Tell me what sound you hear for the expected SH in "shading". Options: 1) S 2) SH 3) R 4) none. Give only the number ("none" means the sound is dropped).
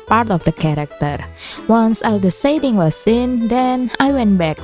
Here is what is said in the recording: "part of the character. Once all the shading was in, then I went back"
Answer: 1